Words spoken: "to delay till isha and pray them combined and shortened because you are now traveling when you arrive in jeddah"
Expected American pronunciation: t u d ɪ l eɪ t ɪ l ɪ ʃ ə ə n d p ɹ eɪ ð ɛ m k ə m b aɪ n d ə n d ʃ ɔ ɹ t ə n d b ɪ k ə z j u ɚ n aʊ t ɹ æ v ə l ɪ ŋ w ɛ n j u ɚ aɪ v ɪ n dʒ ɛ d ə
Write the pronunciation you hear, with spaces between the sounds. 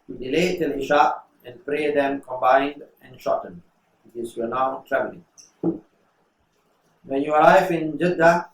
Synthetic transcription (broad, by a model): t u d ɪ l eɪ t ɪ l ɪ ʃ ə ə n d p ɹ eɪ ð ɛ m k ə m b aɪ n d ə n ʃ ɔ t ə n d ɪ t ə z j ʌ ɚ n aʊ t ɹ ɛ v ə l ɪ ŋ w ɛ n j u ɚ aɪ f ɪ n dʒ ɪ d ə